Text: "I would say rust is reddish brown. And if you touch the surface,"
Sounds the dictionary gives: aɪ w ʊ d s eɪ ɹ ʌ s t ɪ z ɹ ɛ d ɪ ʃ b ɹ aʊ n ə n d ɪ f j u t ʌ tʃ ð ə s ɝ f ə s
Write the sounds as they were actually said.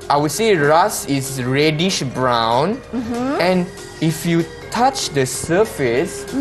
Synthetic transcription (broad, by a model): aɪ w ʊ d s eɪ ɹ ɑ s ɪ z ɹ ɛ d ɪ ʃ b ɹ aʊ n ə n ɪ f j u t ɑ tʃ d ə s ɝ f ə s